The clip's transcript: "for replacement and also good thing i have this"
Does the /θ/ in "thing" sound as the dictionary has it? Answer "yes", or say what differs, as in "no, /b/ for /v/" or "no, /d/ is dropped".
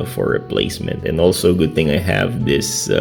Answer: yes